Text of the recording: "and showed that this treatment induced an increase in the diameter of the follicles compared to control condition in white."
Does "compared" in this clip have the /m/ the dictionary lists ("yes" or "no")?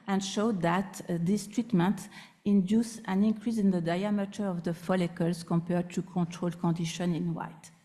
yes